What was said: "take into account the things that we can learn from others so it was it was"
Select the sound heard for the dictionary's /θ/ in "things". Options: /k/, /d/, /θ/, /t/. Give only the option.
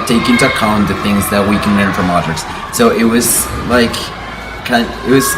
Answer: /θ/